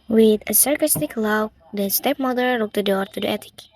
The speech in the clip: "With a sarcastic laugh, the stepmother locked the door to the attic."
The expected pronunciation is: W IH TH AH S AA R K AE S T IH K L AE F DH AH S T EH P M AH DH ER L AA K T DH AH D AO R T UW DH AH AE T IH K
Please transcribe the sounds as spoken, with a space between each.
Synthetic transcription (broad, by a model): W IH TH AH S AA R K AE S T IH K L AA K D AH S T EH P M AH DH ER N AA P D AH D AO R T UW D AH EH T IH K